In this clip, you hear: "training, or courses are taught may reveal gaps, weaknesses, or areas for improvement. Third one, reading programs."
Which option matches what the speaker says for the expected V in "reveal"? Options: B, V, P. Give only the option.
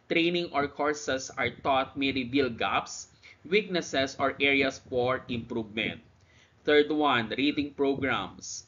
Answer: B